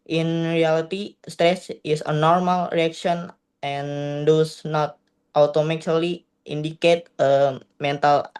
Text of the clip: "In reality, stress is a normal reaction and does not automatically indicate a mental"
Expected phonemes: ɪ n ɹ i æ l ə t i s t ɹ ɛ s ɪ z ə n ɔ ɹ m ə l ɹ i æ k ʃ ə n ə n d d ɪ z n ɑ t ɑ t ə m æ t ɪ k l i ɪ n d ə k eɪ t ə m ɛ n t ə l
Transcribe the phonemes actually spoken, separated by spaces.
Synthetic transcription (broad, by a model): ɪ n ɹ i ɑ l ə t i s t ɹ ɛ s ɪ s ə n ɔ ɹ m ə l ɹ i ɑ k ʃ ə n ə n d d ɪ s n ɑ t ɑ t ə m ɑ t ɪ l i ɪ n d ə k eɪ t ə m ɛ n t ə l